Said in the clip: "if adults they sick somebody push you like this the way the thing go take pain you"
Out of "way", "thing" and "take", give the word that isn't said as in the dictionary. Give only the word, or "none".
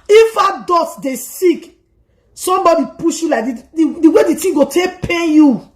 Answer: thing